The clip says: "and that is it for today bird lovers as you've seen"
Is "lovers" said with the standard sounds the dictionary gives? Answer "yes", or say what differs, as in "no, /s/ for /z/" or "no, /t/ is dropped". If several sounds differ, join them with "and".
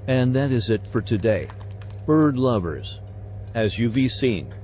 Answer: yes